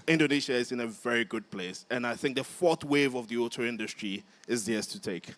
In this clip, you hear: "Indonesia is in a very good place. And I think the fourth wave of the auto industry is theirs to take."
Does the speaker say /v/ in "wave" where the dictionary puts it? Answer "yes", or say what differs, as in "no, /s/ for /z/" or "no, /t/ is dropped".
yes